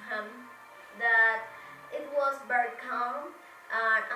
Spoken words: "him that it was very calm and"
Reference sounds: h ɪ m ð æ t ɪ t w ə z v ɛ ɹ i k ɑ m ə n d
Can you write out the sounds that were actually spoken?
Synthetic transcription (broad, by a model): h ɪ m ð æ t ɪ t w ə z b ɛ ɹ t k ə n